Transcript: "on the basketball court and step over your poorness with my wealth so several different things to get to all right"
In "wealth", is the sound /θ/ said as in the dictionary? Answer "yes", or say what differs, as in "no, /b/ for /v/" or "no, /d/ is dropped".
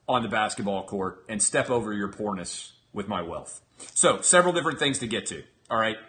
yes